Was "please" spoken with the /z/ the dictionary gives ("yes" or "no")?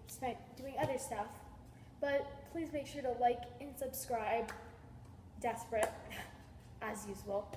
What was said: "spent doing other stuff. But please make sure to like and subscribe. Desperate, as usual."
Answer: yes